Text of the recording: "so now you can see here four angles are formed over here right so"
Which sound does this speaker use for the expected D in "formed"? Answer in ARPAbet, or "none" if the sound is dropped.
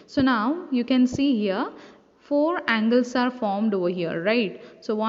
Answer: D